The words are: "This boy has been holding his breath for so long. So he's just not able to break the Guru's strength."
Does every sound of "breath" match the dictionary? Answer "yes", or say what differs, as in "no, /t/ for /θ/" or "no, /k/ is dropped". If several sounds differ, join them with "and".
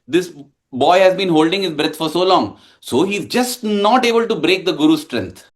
no, /t/ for /θ/